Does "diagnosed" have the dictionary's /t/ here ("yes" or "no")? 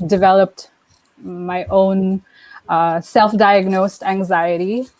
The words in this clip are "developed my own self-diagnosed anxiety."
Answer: yes